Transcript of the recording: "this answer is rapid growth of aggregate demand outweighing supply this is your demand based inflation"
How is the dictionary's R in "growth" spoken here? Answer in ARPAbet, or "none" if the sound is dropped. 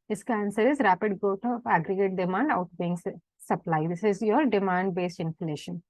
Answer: none